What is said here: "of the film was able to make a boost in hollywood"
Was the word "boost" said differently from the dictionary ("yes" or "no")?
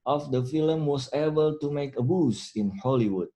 yes